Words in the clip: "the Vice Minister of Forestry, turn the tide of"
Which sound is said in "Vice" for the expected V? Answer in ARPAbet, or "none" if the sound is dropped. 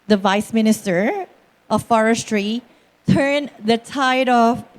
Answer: V